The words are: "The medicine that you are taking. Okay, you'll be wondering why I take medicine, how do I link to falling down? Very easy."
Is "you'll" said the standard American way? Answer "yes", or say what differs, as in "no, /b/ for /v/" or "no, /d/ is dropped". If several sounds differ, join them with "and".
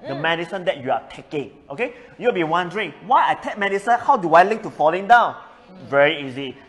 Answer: no, /w/ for /l/